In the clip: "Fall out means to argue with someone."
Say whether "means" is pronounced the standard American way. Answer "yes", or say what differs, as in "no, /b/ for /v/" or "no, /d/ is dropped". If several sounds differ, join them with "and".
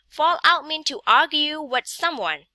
no, /z/ is dropped